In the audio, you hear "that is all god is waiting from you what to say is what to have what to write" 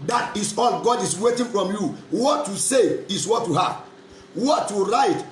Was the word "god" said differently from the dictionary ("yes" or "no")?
no